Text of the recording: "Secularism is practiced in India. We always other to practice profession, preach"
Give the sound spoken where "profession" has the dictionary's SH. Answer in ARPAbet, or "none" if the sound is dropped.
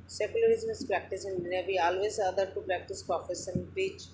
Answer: S